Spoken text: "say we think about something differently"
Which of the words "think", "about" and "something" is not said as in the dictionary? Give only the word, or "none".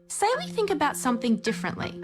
none